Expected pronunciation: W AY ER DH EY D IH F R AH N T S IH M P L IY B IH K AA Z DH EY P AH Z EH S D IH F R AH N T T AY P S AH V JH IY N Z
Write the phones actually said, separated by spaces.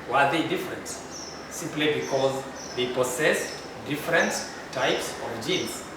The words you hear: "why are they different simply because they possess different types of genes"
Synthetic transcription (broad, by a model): W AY ER DH EY D IH F R AH N T S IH M P L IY B IH K AA Z DH EY P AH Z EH S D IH F R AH N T T AY P S AH V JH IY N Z